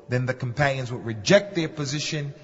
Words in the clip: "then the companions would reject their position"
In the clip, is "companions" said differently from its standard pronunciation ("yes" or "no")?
no